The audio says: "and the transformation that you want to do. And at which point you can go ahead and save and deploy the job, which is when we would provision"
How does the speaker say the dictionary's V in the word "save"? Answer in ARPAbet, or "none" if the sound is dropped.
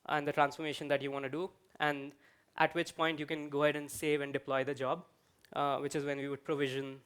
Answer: V